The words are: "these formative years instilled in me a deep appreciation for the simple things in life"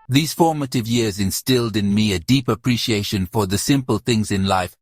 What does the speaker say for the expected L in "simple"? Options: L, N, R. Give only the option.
L